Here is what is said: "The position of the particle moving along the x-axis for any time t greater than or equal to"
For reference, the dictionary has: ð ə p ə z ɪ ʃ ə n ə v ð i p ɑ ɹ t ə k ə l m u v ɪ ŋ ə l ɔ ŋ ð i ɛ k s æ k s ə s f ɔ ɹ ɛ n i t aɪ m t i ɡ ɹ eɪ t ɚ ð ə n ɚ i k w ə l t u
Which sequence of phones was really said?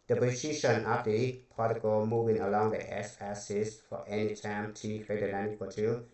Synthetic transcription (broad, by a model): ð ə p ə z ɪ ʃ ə n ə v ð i p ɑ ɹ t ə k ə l m u v ɪ ŋ ə l ɔ ŋ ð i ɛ s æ s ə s f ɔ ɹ ɛ n i t aɪ m t i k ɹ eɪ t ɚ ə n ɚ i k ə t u